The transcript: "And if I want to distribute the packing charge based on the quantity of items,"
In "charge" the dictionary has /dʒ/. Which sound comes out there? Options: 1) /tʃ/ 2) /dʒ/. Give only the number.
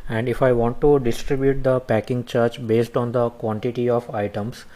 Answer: 1